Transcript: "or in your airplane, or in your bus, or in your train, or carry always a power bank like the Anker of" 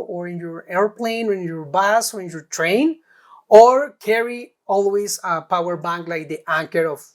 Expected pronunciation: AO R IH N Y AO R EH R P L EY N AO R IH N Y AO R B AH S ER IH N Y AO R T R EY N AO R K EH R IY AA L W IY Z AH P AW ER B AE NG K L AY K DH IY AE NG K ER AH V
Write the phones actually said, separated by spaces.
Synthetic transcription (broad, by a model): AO R IH N Y AO R EH R P L EY N AO R IH N Y AO R B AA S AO IH N Y AO R T R EY N AO R K EH R IY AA L W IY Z AH P AW ER B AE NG K L AY K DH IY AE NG K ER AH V